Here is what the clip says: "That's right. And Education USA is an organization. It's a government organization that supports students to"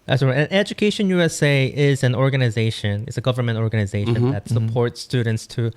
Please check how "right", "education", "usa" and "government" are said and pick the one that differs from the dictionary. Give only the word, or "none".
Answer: right